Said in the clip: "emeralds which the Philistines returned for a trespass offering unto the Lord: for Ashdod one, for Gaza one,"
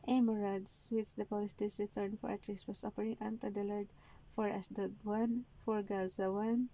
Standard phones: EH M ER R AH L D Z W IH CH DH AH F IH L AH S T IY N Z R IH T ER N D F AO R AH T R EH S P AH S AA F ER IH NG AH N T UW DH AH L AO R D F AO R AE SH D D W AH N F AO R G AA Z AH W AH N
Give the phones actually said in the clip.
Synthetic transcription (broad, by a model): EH M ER R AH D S W IH CH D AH P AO L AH S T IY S R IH T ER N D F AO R AH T R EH S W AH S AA P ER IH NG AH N T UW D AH L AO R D F AO R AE S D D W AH N F AO R G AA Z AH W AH N